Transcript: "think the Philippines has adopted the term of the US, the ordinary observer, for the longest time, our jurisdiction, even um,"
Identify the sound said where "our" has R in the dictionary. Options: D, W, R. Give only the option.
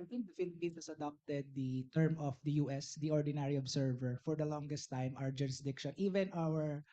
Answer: W